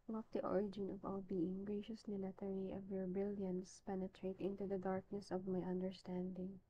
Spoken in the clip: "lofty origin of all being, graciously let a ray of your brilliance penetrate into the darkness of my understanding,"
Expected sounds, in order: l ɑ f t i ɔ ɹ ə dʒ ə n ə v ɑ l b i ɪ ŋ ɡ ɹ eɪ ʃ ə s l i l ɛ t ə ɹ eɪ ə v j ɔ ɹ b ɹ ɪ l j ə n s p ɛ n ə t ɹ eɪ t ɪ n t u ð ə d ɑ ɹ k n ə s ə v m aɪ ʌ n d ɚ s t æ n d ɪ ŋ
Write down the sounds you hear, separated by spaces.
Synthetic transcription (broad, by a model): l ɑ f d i ɔ ɹ ə dʒ ə n ə v ɑ l b i ɪ ŋ ɡ ɹ eɪ ʃ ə s n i l ɛ t ə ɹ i ə v j ɔ ɹ b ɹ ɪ l j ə n s p ɛ n ə t ɹ eɪ t ɪ n t u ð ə d ɑ ɹ k n ə s ə v m aɪ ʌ n d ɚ s t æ n d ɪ ŋ